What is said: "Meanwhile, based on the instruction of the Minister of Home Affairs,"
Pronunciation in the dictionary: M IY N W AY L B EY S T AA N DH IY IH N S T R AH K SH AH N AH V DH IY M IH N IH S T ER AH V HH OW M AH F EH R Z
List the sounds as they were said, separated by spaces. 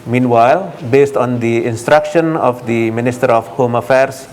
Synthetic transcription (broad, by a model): M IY N W AY L B EY S T AA N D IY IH N S T R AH K SH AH N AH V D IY M IH N IH S T ER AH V HH OW M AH F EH R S